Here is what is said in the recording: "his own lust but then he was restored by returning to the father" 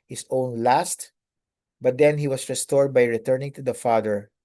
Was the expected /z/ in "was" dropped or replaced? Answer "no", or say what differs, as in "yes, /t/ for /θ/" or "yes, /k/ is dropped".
yes, /s/ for /z/